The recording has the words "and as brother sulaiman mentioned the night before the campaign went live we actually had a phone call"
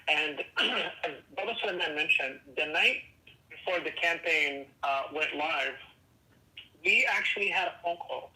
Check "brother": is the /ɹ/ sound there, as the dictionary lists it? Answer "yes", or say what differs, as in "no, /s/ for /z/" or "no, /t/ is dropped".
no, /ɹ/ is dropped